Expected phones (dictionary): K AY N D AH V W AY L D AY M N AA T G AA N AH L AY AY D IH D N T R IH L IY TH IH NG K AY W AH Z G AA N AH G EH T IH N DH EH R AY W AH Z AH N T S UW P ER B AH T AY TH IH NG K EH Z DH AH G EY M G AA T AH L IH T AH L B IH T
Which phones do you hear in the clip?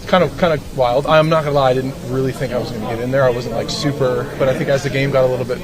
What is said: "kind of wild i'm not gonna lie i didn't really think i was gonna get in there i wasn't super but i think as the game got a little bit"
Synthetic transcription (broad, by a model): K AY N D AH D W AY L D AY M N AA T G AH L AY AY D IH D N T R IH L IY TH IH NG K AY W AH Z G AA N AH G EH T IH N DH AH R AY W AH Z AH N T S UW P ER B AH T AY TH IH NG K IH Z DH AH G EY M G AA T AH L IH T L B IH T